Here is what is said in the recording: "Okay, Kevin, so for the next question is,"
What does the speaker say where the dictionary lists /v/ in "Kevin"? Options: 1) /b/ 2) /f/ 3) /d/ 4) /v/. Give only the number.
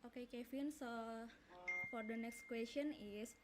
2